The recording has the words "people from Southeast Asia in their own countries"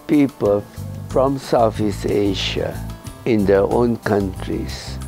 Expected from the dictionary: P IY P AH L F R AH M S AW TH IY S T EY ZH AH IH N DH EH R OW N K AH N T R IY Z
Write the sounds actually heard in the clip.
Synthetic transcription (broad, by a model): P IY P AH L F R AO M S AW F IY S EY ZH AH IH N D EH OW N K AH N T R IY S